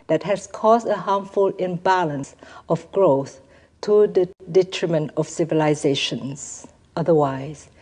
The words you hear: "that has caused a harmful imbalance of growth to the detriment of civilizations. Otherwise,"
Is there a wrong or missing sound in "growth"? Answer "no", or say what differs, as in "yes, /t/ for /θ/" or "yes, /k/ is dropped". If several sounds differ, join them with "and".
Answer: no